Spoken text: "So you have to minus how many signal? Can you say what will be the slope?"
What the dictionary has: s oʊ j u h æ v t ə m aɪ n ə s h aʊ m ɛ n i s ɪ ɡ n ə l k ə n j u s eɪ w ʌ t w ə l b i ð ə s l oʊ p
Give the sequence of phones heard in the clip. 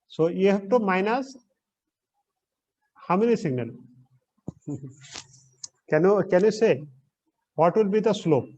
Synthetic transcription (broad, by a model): s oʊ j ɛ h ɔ p t ə m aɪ n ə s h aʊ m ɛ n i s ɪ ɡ n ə l k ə n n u s eɪ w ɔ t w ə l b i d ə s l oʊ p